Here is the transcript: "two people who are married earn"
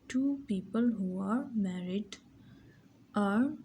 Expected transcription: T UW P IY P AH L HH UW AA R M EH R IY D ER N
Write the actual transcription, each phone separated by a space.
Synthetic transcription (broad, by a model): T UW P IY P AH L HH UW AA R M EH R IY D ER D